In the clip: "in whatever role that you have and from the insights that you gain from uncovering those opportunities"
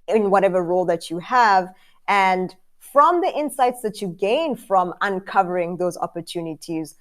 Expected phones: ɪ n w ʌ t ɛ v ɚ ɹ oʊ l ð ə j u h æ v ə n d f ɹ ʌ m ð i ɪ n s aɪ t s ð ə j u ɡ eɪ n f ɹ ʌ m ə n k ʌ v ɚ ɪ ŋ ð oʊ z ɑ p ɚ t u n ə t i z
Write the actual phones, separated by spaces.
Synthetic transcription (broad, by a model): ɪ n w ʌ t ɛ v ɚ ɹ oʊ l ð ə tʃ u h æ v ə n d f ɹ ʌ m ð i ɪ n s aɪ t s ð ə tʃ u ɡ eɪ n f ɹ ʌ m ə n k ʌ v ɚ ɪ ŋ ð oʊ z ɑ p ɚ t u n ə t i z